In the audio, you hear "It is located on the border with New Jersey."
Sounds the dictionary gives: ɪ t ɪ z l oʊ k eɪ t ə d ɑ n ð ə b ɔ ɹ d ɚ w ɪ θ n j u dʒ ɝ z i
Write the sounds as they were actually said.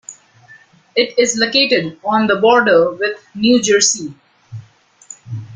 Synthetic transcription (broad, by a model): ɪ t ɪ z l oʊ k eɪ t ə d ɑ n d ə b ɔ ɹ d ɚ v ɪ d n j u dʒ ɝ s i